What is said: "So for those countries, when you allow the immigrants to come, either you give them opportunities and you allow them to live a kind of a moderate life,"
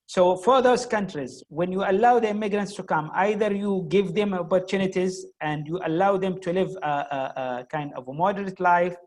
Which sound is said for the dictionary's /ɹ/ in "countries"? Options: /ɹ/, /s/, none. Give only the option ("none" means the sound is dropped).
/ɹ/